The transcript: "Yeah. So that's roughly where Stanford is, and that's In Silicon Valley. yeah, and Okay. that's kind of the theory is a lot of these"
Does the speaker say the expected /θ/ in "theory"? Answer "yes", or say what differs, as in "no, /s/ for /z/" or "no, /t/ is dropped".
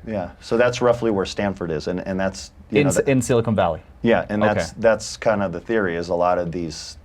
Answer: yes